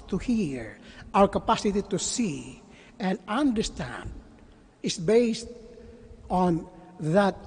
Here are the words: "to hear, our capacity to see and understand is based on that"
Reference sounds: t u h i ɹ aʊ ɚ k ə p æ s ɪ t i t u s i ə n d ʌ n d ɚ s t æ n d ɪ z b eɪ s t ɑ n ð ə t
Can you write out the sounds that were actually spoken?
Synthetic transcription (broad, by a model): t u h i ɹ aʊ ɚ k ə p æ s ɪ t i t u s i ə n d ʌ n d ɚ s t æ n d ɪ s b eɪ s t ɑ n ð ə t